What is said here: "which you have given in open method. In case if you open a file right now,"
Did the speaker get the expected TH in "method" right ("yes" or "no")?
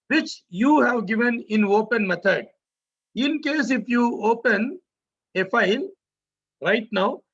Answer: no